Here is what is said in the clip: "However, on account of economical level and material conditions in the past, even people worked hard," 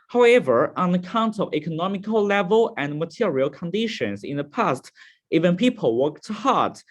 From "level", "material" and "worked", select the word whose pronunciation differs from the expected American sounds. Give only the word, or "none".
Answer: none